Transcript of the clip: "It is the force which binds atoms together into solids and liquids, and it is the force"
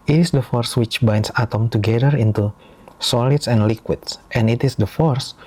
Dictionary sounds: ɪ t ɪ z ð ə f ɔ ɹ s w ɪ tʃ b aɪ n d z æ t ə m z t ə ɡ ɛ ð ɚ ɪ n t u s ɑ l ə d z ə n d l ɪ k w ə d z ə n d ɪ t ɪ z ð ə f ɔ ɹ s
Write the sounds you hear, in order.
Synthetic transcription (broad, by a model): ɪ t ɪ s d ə f ɔ ɹ s w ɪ tʃ b aɪ n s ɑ t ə m t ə ɡ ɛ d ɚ ɪ n t u s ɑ l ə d s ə n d l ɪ k w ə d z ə n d ɪ t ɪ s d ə f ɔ ɹ s